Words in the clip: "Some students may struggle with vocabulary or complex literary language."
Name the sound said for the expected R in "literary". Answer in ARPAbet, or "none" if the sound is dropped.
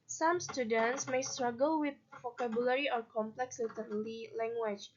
L